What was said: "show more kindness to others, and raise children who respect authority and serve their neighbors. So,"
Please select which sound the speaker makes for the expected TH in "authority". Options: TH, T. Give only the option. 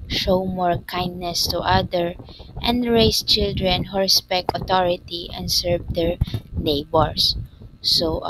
T